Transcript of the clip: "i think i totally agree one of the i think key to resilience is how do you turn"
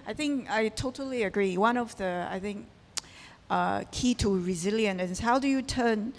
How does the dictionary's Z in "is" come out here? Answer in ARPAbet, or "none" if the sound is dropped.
S